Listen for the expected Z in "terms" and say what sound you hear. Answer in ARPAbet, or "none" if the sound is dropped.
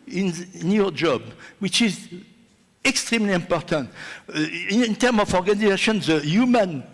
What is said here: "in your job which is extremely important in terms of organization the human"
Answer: none